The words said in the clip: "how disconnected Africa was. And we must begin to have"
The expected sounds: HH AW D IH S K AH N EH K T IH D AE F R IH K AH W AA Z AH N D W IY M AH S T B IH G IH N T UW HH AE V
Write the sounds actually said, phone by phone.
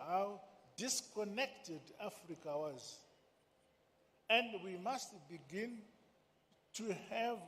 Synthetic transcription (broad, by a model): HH AW D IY S K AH N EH K T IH D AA F R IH K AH W AA Z AH N D W IY M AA S T B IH G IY N T UW HH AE V